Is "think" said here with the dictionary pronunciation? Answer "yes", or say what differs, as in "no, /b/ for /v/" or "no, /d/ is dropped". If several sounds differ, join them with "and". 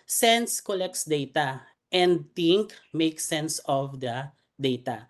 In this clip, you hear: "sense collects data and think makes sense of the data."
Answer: no, /t/ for /θ/